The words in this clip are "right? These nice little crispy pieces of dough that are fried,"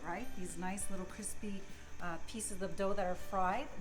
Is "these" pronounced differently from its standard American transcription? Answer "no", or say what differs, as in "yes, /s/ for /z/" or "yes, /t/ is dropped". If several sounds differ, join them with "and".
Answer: no